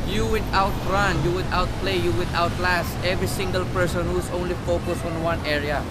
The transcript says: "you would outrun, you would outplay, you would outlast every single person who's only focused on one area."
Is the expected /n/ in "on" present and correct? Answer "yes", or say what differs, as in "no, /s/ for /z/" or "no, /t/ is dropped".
yes